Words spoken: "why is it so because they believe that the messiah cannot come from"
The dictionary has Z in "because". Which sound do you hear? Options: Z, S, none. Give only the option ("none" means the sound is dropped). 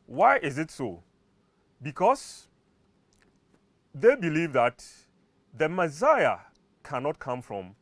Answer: S